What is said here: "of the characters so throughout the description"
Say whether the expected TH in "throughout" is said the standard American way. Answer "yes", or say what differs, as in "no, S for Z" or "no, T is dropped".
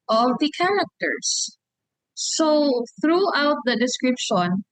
yes